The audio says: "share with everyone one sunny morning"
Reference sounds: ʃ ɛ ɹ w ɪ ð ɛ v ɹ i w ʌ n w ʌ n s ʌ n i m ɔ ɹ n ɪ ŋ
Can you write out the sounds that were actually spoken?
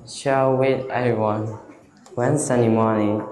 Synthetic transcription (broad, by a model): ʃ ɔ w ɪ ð ɛ v ɹ i w ʌ n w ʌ n s ʌ n i m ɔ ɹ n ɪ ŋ